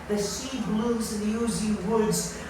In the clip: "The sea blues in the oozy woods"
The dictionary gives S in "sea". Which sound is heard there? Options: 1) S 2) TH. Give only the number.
1